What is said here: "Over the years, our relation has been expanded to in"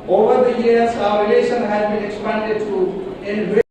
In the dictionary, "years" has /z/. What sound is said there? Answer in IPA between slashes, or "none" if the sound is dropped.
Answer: /s/